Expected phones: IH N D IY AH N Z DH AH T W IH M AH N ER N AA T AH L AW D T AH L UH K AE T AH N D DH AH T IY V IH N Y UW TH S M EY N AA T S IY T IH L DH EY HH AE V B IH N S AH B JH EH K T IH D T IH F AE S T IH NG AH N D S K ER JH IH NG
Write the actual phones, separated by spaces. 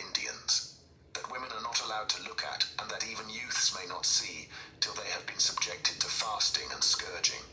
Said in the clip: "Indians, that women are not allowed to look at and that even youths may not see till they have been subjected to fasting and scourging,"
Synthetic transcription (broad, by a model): IH N D IY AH N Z DH AH T W IH M AH N ER N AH T AH L AW D T AH L UH K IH T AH N DH AH T IY V IH N Y UW TH S M EY N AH T S IY T IH L DH EY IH V B IH N S AH B JH EH K T IH D T IH F AE S T IH NG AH N S K ER JH IH NG